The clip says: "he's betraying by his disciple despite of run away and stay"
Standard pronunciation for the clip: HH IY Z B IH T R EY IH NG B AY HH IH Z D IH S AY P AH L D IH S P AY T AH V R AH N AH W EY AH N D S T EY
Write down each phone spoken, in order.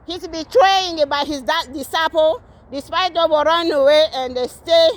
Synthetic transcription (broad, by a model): HH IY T B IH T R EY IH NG B AY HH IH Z D IH S AY P AH L D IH S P AY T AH W R AH N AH W EY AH N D S T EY